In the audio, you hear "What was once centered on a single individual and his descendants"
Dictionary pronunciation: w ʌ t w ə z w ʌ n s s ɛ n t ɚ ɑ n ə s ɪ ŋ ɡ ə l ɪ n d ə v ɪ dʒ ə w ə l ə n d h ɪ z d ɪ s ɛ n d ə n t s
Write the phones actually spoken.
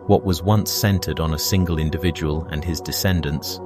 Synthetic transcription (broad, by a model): w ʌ t w ə z w ʌ n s s ɛ n t ɚ n ə s ɪ ŋ ɡ ə l ɪ n d ə v ɪ dʒ ə w ə l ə n ɪ z d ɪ s ɛ n d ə n t s